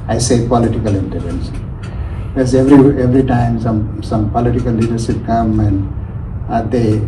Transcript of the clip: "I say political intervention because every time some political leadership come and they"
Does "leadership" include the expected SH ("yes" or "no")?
no